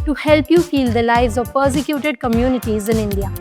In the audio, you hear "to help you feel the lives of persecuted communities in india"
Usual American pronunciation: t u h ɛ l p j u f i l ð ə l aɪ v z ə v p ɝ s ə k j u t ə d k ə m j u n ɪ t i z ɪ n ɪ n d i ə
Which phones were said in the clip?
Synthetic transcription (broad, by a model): t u h ɛ l p j u f i l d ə l aɪ v z ə v p ɝ s ə k j u t ə d k ə m j u n ɪ t i z ɪ n ɪ n d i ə